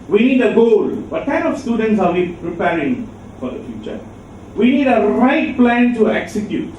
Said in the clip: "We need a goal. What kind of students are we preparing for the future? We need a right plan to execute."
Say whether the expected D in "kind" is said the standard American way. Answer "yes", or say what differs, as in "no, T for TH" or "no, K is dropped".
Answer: no, D is dropped